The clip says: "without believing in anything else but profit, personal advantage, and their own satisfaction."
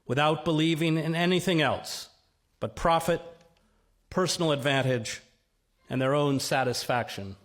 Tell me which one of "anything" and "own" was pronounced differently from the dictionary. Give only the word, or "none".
none